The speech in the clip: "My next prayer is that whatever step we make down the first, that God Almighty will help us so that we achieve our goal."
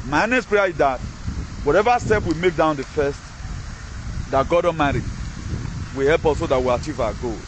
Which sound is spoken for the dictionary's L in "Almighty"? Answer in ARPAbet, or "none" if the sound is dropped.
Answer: none